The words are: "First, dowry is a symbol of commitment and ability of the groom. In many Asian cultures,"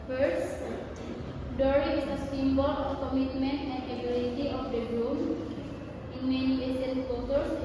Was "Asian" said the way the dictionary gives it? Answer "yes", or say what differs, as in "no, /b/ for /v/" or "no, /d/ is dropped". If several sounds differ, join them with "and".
no, /s/ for /ʒ/